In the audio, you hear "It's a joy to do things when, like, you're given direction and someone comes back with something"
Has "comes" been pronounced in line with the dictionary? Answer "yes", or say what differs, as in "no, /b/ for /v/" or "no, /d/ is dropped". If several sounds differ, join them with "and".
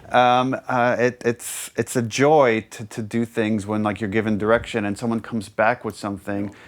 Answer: yes